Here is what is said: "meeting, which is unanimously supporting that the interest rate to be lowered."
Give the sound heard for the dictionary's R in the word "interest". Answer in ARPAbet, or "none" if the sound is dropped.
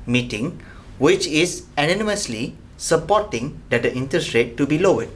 none